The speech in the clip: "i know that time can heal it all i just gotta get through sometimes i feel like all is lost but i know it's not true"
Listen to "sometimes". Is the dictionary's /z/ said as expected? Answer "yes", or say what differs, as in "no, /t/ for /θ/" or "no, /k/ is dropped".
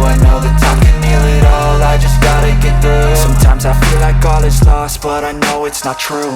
yes